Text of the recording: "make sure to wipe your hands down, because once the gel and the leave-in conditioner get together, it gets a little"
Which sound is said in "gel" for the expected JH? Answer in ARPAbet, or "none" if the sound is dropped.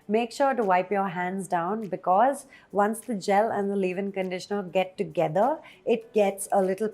JH